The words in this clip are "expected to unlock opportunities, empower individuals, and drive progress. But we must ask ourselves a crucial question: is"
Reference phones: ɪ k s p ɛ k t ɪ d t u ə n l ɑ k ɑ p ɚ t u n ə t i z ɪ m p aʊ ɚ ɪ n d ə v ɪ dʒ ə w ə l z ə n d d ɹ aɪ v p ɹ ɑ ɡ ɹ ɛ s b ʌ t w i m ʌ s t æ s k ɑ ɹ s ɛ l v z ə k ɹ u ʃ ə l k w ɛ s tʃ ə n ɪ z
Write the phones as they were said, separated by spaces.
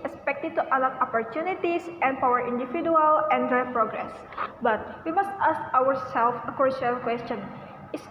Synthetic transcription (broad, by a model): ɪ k s p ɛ k t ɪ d t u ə l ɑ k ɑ p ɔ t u n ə t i s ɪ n p aʊ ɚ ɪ n d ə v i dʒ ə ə l ə n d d ɹ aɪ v p ɹ ɑ ɡ ɹ ɛ s b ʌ t w i m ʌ s t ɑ s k ɑ ɹ s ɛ l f ə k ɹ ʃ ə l k w ɛ s tʃ ə n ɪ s